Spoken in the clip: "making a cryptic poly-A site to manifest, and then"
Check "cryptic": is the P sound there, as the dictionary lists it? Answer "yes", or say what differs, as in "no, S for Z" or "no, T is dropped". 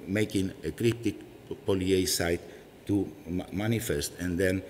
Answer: no, P is dropped